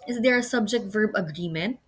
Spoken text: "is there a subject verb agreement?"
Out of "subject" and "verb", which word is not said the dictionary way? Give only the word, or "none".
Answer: none